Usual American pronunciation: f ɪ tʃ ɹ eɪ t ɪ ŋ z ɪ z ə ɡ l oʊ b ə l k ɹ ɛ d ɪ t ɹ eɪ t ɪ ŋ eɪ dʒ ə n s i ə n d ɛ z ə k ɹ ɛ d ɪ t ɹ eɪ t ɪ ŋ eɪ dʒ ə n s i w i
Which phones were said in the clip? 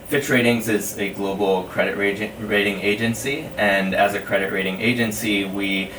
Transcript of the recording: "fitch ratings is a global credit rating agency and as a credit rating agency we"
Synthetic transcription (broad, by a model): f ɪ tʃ ɹ eɪ t ɪ ŋ z ɪ z ə ɡ l oʊ b l k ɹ ɛ d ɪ t ɹ eɪ t ɪ ŋ eɪ dʒ ə n s i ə n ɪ z ə k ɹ ɛ d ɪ t ɹ eɪ t ɪ ŋ eɪ dʒ ə n s i w i